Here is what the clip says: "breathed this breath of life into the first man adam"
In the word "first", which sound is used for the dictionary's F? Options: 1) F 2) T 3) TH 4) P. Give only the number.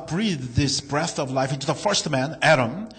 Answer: 1